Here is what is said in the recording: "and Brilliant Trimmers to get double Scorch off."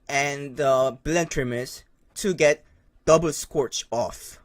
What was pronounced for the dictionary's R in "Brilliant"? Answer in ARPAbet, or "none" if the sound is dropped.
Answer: none